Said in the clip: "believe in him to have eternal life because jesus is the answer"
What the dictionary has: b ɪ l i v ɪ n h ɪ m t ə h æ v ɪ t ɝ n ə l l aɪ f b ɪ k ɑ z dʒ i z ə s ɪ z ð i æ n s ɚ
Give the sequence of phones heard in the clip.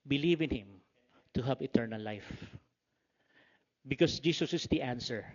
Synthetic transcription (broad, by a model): b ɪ l i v ɪ n h ɪ m t ə h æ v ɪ t ɝ n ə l l aɪ f b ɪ k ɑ s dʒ i s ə s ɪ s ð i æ n s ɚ